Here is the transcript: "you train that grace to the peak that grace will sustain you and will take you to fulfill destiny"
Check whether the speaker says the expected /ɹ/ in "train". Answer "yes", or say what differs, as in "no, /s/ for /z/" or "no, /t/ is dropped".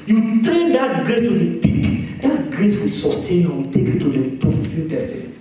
no, /ɹ/ is dropped